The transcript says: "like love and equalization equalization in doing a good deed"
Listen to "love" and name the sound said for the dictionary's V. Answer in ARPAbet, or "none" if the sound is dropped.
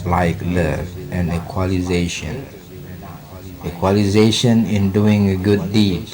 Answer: none